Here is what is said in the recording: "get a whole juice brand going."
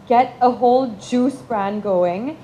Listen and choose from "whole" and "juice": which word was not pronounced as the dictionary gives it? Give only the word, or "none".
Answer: none